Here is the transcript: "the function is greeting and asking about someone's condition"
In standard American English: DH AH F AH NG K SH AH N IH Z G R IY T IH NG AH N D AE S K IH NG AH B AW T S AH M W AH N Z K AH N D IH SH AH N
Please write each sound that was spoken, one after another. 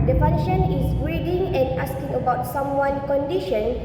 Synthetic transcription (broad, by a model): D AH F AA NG K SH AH N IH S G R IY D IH NG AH N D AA S K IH NG AH B AW T S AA M W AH N K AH N D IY SH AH N